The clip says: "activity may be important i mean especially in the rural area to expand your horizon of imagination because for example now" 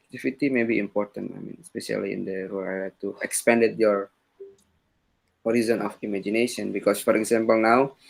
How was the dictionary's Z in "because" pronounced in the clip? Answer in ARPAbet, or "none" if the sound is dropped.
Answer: S